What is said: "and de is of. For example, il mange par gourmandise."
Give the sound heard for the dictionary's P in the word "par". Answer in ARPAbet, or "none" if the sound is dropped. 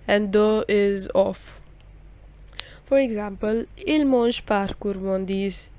P